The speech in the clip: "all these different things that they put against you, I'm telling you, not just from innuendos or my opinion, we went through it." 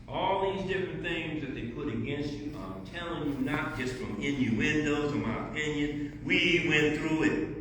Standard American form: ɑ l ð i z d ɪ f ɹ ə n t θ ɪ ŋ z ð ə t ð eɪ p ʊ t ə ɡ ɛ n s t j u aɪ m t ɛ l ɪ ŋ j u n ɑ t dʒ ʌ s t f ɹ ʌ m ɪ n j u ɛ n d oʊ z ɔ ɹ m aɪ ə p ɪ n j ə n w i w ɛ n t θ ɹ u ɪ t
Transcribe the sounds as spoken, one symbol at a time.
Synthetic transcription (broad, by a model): ɑ l ð i z d ɪ f ɹ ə n θ ɪ ŋ z ð ə t ð eɪ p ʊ t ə ɡ ɛ n s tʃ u aɪ m t ɛ l ɪ ŋ j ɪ n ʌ t dʒ ʌ s t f ɹ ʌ m ɪ n j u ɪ n d oʊ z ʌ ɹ m aɪ ə p ɪ n j ə n w i w ɛ n θ ɹ u ɪ t